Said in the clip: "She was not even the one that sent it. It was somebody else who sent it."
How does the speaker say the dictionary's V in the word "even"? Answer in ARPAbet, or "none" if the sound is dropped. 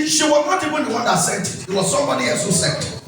B